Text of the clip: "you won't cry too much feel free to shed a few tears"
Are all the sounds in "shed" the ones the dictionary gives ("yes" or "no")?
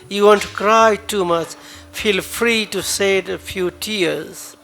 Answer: no